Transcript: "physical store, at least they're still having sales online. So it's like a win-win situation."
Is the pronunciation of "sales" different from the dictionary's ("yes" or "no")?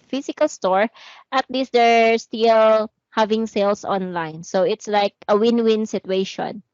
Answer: yes